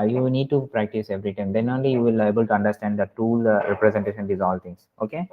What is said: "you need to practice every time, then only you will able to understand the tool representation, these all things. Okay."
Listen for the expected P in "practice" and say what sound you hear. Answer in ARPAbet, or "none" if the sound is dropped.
P